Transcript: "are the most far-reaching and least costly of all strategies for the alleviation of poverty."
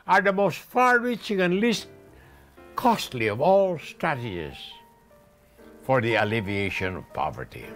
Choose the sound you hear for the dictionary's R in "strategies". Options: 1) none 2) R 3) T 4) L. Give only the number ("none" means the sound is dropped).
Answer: 1